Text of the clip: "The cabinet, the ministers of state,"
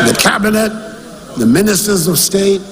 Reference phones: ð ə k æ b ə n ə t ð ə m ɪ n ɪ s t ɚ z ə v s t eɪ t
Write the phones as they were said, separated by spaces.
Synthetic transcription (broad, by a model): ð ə k æ b ə n ə t ð ə m ɪ n ɪ s t ɚ z ə v s t eɪ t